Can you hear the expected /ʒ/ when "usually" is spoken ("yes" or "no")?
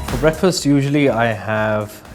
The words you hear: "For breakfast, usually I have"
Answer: yes